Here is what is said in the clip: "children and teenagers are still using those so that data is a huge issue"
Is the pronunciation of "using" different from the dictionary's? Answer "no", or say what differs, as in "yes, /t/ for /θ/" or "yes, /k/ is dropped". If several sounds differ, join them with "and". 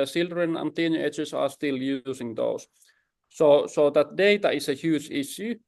yes, /s/ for /z/